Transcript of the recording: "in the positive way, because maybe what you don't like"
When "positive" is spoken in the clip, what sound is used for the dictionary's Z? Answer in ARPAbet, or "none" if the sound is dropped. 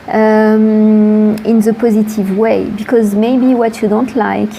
Z